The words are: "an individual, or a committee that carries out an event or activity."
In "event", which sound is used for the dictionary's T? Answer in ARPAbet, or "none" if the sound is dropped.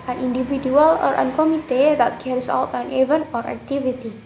none